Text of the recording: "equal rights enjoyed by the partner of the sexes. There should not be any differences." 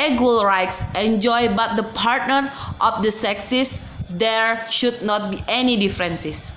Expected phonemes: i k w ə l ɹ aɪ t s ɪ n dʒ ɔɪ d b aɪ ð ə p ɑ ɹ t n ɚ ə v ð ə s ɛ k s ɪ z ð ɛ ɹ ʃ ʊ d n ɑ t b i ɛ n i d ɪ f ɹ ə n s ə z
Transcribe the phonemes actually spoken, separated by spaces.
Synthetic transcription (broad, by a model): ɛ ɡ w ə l ɹ aɪ t s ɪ n dʒ ɔɪ b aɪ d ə p ɑ ɹ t n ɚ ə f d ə s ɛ k s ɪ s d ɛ ɹ ʃ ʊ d n ɑ t b i ɛ n i d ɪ f ɹ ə n s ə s